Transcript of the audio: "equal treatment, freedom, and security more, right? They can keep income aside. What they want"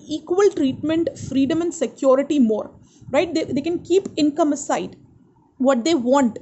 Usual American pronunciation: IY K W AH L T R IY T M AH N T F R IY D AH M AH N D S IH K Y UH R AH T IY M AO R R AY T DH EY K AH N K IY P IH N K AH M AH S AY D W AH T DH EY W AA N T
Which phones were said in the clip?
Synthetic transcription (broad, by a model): IY K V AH L T R IY T M AH N T F R IY D AH M AH N D S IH K Y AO R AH T IY M AO R R AY T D EY K AH N K IY P IH N K AH M AH S AY D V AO T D EY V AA N T